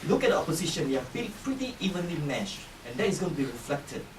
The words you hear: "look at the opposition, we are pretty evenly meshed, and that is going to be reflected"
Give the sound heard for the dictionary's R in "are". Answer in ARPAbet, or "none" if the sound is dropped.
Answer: L